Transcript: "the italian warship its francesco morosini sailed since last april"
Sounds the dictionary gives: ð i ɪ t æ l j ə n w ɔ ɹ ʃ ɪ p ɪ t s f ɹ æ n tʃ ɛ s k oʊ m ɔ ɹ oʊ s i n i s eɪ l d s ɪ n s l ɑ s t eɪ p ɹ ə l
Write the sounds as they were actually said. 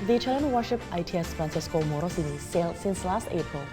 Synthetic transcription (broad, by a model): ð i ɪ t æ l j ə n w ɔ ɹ ʃ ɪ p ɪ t s f ɹ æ n s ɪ s k oʊ m ɔ ɹ oʊ s i n i s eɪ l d s ɪ n s l ɑ s t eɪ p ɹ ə l